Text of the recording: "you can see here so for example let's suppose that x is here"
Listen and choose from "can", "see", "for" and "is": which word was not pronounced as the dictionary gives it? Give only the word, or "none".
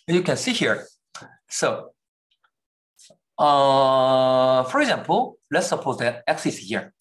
is